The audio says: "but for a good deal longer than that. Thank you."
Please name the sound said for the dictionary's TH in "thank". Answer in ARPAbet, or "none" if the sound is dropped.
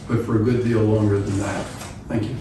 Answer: TH